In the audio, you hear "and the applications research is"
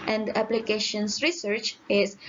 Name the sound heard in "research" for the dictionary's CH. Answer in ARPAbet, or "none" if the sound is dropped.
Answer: CH